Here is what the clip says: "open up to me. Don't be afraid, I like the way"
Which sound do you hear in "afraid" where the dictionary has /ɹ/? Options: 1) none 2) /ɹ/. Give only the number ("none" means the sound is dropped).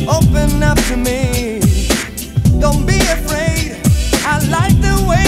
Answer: 2